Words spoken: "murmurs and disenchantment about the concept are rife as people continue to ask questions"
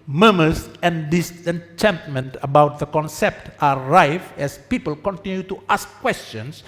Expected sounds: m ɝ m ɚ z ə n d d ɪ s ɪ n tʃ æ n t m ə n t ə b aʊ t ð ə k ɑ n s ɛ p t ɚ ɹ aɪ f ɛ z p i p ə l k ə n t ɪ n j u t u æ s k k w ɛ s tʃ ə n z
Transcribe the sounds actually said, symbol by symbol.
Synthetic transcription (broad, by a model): m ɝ m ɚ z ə n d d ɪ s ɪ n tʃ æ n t m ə n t ə b aʊ t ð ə k ɑ n s ɛ p t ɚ ɹ aɪ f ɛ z p i p ə l k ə n t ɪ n j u t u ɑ s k k w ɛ s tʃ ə n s